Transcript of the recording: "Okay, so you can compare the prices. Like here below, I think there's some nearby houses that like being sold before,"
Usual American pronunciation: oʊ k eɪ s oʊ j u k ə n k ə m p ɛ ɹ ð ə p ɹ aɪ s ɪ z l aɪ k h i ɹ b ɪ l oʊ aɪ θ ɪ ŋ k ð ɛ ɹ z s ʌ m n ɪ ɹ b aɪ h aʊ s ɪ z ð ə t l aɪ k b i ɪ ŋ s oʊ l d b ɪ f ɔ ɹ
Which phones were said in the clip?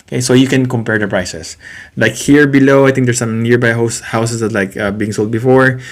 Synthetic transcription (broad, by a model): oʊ k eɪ s oʊ j u k ə n k ə m p ɛ ɹ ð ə p ɹ aɪ s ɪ s l aɪ k h i ɹ b ɪ l oʊ aɪ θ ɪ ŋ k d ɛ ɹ s ʌ m n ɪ ɹ b aɪ h aʊ s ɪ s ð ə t l aɪ k b i ɪ ŋ s oʊ l d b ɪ f ɔ ɹ